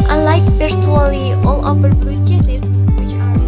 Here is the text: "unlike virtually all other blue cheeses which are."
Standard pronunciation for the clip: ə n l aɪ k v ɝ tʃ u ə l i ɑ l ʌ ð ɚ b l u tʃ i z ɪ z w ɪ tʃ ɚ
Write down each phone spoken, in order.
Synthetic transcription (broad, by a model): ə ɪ l aɪ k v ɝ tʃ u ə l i ɑ l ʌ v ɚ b u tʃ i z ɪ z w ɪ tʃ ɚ